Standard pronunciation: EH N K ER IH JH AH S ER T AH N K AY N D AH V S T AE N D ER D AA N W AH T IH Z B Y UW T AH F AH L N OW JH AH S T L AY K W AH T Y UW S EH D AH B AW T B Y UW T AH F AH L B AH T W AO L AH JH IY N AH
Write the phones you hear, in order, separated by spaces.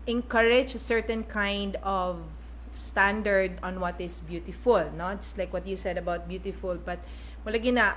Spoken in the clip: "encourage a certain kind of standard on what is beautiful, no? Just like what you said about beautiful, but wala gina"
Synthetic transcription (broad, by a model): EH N K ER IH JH AH S ER T AH N K AY N D AH V S T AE N D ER D AA N W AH T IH S B Y UW T AH F AH L N OW JH AH S T L AY K W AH T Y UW S EH D AH B AW T B Y UW T AH F AH L B AH T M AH L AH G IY N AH